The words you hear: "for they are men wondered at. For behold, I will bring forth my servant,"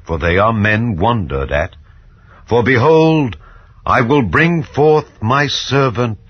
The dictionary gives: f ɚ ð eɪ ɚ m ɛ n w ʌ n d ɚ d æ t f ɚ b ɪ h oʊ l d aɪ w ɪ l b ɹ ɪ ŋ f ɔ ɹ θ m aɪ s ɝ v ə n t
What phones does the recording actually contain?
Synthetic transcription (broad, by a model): f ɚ ð eɪ ɚ m ɛ n w ʌ n d ɚ d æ t f ɚ b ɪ h oʊ l d aɪ w ɪ l b ɹ ɪ ŋ f ɔ ɹ θ m aɪ s ɝ v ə n t